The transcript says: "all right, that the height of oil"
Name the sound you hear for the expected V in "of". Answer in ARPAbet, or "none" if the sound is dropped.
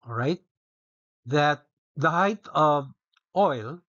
V